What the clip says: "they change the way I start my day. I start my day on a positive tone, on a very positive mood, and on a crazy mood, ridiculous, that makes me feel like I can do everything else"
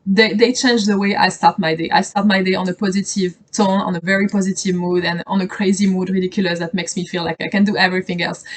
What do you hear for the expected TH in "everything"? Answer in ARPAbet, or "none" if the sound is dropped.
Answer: TH